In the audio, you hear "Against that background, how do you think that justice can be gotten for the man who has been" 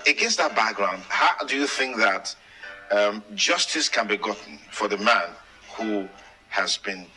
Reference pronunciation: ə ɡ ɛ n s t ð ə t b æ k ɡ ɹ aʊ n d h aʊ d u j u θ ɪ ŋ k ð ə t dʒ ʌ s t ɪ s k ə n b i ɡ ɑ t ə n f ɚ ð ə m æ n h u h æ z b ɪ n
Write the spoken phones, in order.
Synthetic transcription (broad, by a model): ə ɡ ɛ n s ð ə t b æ k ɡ ɹ aʊ n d h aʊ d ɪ j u θ ɪ ŋ k ð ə t dʒ ʌ s t ɪ s k ə n b i ɡ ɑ t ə n f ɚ ð ə m æ n h u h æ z b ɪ n